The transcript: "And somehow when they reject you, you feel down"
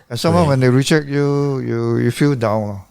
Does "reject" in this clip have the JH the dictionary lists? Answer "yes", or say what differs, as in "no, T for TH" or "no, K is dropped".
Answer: no, CH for JH